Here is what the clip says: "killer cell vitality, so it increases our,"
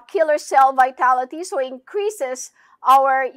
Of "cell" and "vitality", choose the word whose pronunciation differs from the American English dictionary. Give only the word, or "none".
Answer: none